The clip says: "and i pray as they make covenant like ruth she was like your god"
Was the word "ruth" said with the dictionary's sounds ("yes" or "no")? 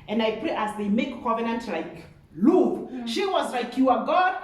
no